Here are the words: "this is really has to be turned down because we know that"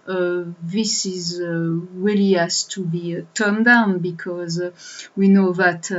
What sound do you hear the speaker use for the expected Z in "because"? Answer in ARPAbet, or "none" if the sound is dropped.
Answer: Z